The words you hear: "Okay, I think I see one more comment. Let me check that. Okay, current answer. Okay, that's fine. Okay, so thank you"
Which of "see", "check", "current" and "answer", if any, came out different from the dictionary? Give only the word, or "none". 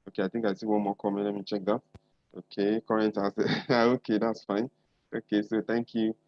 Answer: answer